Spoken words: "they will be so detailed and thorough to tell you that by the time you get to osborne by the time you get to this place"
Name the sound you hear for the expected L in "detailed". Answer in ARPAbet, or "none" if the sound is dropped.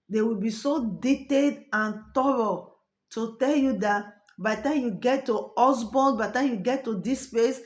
none